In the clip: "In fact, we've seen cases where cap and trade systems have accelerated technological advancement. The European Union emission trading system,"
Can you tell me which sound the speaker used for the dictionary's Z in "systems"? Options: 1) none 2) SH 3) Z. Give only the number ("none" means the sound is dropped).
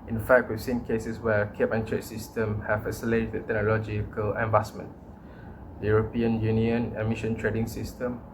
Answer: 1